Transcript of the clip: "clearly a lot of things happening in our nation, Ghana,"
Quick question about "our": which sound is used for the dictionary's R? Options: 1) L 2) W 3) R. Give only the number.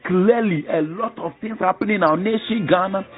2